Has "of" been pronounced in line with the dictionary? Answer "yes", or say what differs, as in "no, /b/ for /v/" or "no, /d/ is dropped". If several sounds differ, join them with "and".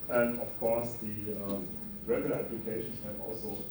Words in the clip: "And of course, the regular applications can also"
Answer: no, /f/ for /v/